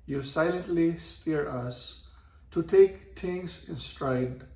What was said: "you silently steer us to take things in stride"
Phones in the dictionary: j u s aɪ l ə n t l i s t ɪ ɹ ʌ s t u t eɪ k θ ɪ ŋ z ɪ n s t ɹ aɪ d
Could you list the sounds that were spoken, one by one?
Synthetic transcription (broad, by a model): j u s aɪ l ə n t l i s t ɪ ɹ ʌ s t u t eɪ k t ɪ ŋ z ɪ n s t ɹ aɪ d